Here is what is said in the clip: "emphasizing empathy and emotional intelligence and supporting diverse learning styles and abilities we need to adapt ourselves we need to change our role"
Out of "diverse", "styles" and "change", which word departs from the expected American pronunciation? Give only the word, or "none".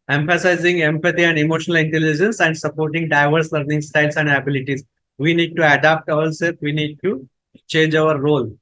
styles